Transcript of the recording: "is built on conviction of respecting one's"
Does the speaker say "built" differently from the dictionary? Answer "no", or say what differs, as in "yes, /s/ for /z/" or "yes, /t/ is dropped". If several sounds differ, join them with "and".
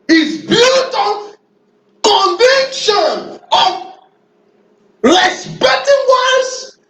yes, /l/ is dropped